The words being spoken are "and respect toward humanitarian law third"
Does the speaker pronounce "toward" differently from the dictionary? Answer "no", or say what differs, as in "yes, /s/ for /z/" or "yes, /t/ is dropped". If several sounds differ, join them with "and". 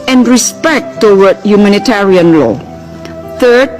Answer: yes, /w/ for /ɹ/